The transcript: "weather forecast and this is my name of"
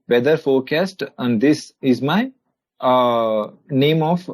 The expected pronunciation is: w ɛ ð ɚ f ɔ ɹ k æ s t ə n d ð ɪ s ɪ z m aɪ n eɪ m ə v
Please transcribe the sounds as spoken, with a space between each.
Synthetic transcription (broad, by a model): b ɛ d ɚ f ɔ ɹ k æ s t ə n d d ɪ s ɪ z m aɪ n eɪ m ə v